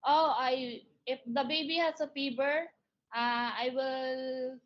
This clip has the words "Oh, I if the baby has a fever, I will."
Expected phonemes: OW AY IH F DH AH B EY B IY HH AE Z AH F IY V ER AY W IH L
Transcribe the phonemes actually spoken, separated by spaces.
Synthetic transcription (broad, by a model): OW AY IH F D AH B EY B IY HH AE S AH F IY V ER AY W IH L